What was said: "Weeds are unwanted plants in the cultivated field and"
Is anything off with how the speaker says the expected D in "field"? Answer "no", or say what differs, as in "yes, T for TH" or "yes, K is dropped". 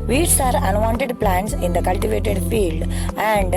no